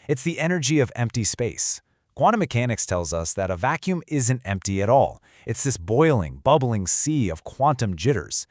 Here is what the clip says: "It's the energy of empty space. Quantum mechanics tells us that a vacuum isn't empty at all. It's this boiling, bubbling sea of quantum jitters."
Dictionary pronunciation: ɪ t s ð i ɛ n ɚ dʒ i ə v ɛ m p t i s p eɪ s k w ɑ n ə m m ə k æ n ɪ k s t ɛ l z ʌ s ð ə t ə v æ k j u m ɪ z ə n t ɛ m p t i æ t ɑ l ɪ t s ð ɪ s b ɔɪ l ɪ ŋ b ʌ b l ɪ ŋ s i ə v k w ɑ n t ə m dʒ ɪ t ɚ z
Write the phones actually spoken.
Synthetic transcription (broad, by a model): ɪ t s ð i ɛ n ɚ dʒ i ə v ɛ m p t i s p eɪ s k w ɑ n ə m m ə k æ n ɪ k s t ɛ l z ʌ s ð ə t ə v æ k j u m ɪ z ə n t ɛ m p t i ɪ t ɑ l ɪ t s ð ɪ s b ɔɪ l ɪ ŋ b ʌ b l ɪ ŋ s i ə v k w ɑ n t ə m dʒ ɪ t ɚ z